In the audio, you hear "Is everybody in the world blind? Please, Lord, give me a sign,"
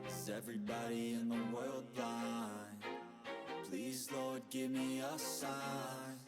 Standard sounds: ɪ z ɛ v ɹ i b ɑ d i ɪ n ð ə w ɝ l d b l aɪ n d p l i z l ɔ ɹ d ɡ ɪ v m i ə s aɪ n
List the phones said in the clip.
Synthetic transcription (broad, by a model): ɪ z ɛ v ɹ i b ɑ d i ɪ n ð ə w ɝ l d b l aɪ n p l i z l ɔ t ɡ ɪ v m i ə s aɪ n